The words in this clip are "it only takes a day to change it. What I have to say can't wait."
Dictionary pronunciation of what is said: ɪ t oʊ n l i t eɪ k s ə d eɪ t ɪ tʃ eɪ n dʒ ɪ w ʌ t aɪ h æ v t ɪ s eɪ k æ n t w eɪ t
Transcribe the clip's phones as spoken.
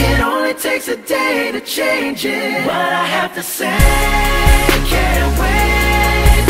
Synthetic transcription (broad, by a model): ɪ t oʊ n l i t eɪ k s ə d eɪ t ɪ tʃ eɪ n dʒ ɪ w ʌ t aɪ h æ f t ɪ s eɪ k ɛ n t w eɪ